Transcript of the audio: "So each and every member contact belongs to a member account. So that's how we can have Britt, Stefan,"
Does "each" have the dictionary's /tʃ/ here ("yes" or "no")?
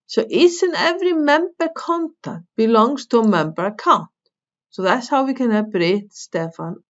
no